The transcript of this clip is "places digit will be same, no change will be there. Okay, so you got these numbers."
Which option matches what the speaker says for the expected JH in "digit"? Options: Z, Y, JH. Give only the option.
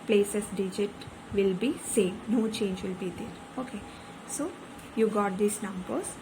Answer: JH